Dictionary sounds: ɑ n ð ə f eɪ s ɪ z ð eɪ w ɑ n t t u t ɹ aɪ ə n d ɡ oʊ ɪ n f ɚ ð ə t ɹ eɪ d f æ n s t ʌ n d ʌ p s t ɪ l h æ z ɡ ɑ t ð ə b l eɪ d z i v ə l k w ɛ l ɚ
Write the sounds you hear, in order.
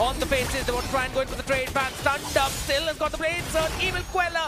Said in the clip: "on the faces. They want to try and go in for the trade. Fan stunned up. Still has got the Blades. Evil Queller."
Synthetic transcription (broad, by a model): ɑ n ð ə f eɪ s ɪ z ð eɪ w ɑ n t t u t ɹ aɪ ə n ɡ oʊ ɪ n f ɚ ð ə t ɹ eɪ d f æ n s t ʌ n d ʌ p s t ɪ l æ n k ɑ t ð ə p l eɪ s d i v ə l k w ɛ l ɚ